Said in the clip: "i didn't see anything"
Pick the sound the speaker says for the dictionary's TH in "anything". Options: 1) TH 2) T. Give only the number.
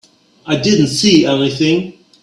1